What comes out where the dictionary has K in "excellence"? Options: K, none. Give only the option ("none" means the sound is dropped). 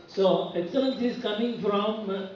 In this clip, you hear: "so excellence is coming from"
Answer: none